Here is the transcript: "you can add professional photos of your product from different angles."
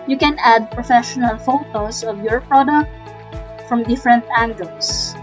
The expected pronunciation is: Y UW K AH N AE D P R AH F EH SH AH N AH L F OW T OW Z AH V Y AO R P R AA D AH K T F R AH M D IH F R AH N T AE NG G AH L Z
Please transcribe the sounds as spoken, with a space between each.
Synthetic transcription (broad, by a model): Y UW K AH N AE D P R AH F EH SH AH N AH L F OW T OW S AH V Y AO R P R AA D AH K T F R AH M D IH F R AH N T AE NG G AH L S